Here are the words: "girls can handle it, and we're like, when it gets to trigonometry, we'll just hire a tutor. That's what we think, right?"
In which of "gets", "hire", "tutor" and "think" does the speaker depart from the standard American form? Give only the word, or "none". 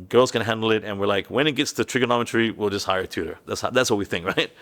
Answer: none